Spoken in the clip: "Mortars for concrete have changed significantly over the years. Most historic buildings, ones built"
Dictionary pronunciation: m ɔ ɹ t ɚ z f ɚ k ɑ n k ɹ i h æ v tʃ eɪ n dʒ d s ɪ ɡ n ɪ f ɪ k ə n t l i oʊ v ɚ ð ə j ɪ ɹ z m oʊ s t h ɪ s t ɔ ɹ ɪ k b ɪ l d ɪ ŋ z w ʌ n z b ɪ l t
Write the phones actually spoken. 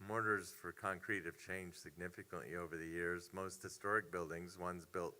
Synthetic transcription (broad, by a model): m ɔ ɹ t ɚ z f ɚ k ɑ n k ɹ i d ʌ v tʃ eɪ n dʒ s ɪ ɡ n ɪ f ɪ k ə n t l i oʊ v ɚ ð ə j ɪ ɹ z m oʊ s t h ɪ s t ɔ ɹ ɪ k b ɪ l d ɪ ŋ z w ʌ n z b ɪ l t